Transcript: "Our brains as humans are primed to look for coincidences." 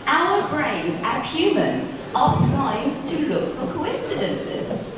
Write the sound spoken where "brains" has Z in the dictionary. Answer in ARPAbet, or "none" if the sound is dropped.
Z